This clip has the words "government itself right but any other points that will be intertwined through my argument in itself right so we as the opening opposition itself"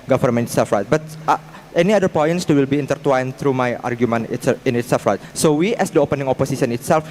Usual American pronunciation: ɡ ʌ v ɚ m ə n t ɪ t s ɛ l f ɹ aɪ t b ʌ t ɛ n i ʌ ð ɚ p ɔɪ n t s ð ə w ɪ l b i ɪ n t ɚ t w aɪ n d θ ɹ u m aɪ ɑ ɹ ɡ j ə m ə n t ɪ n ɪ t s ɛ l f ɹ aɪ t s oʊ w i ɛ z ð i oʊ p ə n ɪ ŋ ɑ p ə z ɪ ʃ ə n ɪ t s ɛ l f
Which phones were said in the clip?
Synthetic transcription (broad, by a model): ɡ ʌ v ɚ m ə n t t s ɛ l f ɹ aɪ t b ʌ t ɛ n i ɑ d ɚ p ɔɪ n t s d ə w ɪ l b i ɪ n t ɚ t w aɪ n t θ ɹ u m aɪ ɑ ɹ ɡ j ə m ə n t ɪ n ɪ t s ɛ l f ɹ aɪ t s oʊ w i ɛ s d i oʊ p ə n ɪ ŋ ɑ p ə s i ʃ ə n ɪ t s ɛ l f